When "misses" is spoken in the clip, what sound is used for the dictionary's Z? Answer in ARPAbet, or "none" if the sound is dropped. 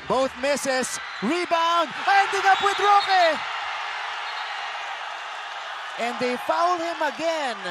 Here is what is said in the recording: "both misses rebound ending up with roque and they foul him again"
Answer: S